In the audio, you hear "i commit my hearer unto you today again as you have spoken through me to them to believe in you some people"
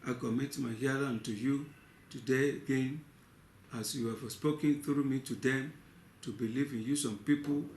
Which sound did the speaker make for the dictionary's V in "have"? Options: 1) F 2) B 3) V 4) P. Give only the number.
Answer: 1